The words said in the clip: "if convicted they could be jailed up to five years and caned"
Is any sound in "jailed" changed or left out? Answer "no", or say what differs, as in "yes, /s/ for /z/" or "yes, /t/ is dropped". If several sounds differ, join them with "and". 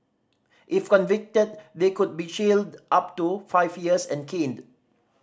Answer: yes, /ʃ/ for /dʒ/